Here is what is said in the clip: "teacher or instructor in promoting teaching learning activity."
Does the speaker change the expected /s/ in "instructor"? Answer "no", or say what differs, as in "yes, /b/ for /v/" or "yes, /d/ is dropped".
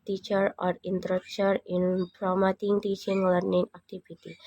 yes, /s/ is dropped